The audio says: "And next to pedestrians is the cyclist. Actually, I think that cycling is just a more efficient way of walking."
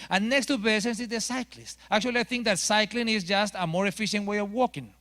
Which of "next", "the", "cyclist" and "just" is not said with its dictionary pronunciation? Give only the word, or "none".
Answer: none